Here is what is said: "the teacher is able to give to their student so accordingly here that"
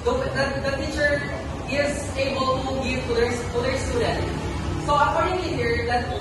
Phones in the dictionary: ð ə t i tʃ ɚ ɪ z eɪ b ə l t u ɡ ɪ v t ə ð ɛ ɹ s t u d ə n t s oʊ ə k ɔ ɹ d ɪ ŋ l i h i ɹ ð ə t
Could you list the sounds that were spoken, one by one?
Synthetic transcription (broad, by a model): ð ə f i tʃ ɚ ɪ z eɪ b ə l t u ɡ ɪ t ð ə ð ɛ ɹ s t u d ə n t s oʊ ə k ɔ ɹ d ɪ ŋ i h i ɹ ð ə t